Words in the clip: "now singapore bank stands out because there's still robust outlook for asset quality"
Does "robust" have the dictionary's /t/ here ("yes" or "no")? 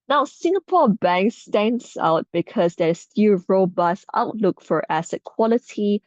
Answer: no